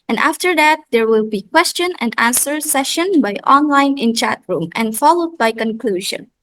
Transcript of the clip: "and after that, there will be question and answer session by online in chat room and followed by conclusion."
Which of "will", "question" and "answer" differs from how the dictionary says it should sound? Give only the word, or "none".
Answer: none